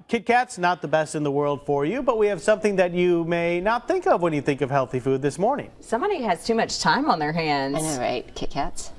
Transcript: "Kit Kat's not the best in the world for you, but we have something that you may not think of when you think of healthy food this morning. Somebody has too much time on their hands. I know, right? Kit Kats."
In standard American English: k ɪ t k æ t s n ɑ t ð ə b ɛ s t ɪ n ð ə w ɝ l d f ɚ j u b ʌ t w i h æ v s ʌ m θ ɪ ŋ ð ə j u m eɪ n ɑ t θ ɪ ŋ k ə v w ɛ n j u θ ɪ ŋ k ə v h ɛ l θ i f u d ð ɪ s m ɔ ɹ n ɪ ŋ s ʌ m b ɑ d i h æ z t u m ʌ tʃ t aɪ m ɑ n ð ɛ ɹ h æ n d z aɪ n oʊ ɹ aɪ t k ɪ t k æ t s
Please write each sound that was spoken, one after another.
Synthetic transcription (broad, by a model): k ɪ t k æ t s n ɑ t ð ə b ɛ s t ɪ n ð ə w ɝ l d f ɚ j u b ʌ t w i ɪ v s ʌ m θ ɪ ŋ ð ə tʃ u m eɪ n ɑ t θ ɪ ŋ k ə v w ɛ n j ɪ θ ɪ ŋ k ə v h ɛ l θ i f u d ð ɪ s m ɔ ɹ n ɪ ŋ s ʌ m b ɑ d i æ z t u m ʌ tʃ t aɪ m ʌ n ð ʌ ɹ h æ n d z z ɹ aɪ t k ɪ t k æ t s